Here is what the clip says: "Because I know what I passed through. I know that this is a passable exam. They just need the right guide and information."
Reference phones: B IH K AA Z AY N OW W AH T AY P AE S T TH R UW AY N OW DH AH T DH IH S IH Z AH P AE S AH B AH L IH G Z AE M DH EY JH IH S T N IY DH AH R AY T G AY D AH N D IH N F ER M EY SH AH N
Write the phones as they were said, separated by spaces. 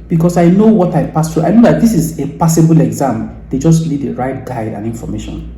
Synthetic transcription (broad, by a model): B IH K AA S AY N OW W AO T AY P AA S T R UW AY N OW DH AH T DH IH S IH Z AH P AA S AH B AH L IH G Z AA M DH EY JH IH S T L IY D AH R AY T G AY D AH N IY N F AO M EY SH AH N